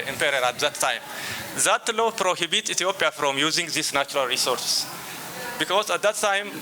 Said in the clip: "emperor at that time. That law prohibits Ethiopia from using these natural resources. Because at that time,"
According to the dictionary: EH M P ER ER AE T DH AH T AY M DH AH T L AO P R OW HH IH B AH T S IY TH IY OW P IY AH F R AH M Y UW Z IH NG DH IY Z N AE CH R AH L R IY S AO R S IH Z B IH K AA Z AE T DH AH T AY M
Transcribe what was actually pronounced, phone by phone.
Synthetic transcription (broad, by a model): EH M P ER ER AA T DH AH T AY M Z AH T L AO P R OW HH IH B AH T IY T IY OW P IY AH F R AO M Y UW Z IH NG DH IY S N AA CH R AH L R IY S AO R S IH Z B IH K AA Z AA T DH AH T AY M